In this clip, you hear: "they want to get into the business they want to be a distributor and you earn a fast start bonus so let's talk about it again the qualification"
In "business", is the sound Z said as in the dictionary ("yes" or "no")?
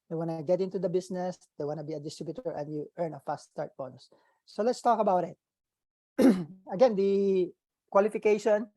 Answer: no